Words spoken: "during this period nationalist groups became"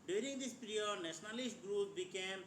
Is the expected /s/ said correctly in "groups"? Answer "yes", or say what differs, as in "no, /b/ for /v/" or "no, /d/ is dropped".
no, /s/ is dropped